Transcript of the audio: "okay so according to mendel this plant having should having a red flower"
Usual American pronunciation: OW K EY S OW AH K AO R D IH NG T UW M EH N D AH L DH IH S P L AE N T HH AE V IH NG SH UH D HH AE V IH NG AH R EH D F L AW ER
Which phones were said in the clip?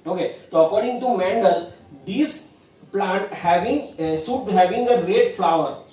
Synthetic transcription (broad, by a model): OW K EY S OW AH K AO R D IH NG T UW M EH N D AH L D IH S P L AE N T HH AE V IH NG S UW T HH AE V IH NG AH R EH D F L AW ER